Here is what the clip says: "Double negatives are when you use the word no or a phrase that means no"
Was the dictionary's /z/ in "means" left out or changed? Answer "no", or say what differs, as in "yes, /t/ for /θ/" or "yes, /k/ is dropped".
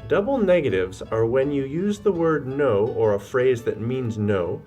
no